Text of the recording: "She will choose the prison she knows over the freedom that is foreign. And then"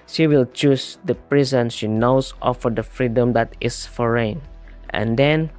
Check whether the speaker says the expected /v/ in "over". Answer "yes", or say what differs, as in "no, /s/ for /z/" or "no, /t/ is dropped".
no, /f/ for /v/